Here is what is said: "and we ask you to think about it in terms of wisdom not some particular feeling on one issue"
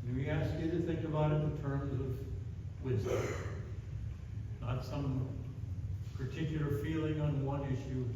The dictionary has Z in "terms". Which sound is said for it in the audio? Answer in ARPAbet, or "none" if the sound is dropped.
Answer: Z